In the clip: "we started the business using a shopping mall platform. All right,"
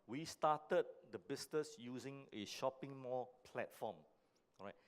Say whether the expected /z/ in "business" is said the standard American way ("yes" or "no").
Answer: no